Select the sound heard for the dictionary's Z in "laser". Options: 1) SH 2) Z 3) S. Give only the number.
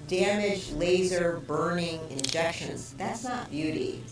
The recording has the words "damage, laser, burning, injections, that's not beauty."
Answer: 2